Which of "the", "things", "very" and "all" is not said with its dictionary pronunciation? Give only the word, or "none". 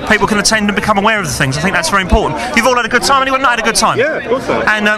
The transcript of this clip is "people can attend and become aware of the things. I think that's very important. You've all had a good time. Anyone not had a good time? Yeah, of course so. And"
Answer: none